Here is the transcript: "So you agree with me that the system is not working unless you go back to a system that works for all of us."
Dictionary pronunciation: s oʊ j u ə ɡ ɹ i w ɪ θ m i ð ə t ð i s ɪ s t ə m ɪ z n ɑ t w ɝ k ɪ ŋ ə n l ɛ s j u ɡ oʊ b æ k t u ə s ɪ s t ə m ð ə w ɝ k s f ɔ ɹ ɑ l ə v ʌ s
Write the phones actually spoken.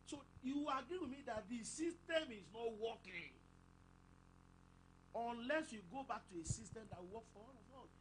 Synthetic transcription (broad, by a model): s oʊ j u ə ɡ ɹ i w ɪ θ m i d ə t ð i s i s t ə m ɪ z n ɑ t w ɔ k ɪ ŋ ə n l ɛ s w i ɡ oʊ b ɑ k t u ə s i s t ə m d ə w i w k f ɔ w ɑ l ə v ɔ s